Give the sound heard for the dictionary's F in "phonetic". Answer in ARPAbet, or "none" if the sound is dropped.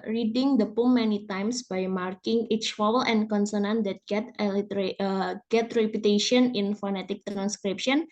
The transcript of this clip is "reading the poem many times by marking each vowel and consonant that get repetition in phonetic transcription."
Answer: F